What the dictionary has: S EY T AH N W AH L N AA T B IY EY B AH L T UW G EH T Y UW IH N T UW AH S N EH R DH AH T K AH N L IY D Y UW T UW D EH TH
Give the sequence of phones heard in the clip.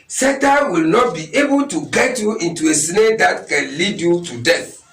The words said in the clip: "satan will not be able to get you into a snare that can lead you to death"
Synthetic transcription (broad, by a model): S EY T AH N W AH L N AA T B IY EY B AH L T UW G EH T Y UW IH N T UW AH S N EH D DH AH T K AH N L IY D Y UW T UW D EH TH